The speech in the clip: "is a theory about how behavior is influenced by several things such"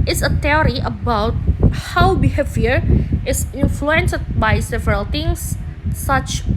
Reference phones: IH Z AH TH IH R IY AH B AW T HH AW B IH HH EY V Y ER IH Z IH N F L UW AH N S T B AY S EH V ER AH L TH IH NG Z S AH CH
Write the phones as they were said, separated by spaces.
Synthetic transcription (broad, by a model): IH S AH T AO R IY AH B AW T HH AW B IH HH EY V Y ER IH S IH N F L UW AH N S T B AY S EH V ER AH L T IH NG S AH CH